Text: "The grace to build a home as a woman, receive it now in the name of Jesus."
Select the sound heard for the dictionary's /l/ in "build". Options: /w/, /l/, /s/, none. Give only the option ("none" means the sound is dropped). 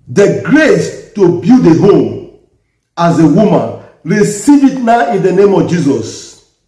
none